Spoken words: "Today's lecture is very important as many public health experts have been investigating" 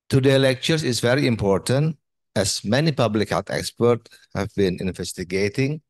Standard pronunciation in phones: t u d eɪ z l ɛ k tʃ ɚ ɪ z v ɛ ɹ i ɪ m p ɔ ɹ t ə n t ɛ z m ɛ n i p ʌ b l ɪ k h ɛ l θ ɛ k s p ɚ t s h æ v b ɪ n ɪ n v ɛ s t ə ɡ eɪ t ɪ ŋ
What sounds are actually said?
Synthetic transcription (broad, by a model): t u d eɪ l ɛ k tʃ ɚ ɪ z v ɛ ɹ i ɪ m p ɔ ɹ t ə n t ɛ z m ɛ n i p ʌ b l ɪ k h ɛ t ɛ k s p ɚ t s h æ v b ɪ n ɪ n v ɛ s t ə ɡ eɪ t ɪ ŋ